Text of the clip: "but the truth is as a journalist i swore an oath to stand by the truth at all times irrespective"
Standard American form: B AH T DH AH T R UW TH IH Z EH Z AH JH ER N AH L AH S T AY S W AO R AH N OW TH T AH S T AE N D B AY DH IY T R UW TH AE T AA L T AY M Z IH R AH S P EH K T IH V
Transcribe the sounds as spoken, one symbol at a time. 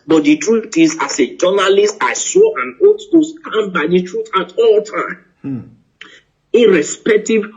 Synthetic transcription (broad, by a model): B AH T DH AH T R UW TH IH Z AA S AH JH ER N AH L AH S T AY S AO AH N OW T T AH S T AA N B AY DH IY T R UW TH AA T AA L T AY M IH R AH S P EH K T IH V